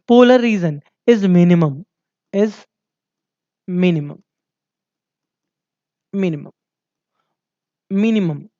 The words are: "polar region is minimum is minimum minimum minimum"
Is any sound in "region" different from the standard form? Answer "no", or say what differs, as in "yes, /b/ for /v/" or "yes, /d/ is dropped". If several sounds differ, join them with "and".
yes, /z/ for /dʒ/